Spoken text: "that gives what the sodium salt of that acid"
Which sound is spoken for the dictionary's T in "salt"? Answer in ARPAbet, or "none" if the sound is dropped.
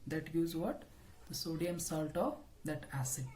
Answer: T